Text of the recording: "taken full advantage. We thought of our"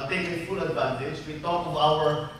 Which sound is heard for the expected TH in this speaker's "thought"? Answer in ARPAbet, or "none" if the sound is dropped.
T